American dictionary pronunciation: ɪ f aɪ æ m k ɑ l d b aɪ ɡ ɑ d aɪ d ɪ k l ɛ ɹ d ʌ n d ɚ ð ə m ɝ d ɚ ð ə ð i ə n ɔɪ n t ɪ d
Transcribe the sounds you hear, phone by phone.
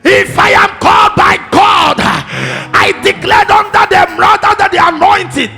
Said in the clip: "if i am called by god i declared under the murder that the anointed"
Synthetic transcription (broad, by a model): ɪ f aɪ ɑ m k ɑ l d b aɪ ɡ ɑ d aɪ d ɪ k l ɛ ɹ d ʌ n d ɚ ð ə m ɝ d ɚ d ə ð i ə n ɔɪ n t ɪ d